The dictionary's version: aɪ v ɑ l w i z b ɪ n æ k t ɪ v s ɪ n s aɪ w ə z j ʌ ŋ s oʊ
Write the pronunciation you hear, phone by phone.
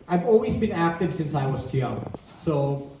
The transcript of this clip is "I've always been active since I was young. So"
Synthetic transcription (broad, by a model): aɪ v ɑ l w i z b ɪ n æ k t ɪ v s ɪ n s aɪ w ə z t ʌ s oʊ